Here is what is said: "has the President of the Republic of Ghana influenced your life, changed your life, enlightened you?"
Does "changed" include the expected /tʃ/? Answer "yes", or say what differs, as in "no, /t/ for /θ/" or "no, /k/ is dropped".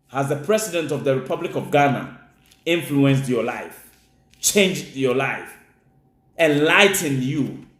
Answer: yes